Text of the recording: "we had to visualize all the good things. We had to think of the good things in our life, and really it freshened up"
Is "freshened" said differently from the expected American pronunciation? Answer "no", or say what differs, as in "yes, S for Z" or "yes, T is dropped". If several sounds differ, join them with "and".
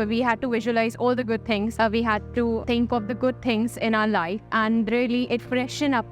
yes, D is dropped